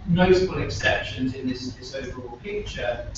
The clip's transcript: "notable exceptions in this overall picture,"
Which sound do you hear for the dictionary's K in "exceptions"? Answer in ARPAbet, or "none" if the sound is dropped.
K